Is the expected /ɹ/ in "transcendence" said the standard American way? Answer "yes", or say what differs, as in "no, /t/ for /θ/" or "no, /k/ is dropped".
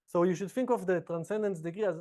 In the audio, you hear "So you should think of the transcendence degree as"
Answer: yes